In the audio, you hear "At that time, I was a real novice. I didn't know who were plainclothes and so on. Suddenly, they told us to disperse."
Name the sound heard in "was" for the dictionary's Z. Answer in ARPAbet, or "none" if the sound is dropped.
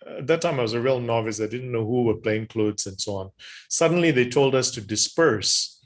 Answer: Z